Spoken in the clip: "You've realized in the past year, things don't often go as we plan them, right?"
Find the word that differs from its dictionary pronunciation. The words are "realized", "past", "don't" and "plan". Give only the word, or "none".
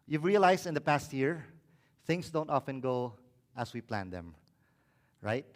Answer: realized